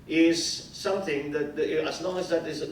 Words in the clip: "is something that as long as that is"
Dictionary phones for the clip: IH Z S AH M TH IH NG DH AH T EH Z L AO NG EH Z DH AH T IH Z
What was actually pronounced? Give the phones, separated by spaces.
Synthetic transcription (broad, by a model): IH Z S AH M TH IH NG DH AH T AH Z L AO NG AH Z DH AH T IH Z